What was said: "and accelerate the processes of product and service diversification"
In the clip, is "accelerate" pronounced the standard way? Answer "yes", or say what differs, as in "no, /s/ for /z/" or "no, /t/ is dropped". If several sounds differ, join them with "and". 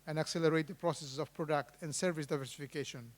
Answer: yes